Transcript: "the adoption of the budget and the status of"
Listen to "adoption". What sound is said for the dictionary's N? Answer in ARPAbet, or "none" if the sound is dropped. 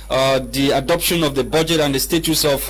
N